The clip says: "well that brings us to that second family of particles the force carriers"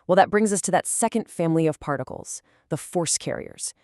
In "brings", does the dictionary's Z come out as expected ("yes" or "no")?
yes